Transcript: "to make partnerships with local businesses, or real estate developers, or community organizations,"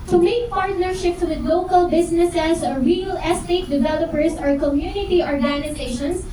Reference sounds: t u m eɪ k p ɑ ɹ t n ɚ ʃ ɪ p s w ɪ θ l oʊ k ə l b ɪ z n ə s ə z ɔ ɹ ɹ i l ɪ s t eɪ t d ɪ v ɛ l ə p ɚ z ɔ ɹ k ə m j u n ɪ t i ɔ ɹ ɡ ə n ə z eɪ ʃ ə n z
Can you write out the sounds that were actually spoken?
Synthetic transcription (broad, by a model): t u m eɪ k p ɑ ɹ t n ɚ ʃ ɪ p s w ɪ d l oʊ k ə l b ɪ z n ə s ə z ɔ ɹ ɹ i l ɪ s t eɪ t d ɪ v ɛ l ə p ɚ s ɔ ɹ k ə m j u n ɪ t i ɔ ɹ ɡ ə n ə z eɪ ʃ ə n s